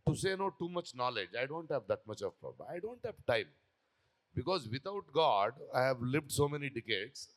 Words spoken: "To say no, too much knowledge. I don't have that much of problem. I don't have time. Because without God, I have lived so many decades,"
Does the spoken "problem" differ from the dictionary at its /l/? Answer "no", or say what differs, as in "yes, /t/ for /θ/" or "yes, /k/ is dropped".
yes, /l/ is dropped